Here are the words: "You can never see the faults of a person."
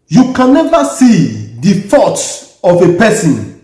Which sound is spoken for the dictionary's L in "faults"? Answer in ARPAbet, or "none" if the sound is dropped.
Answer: none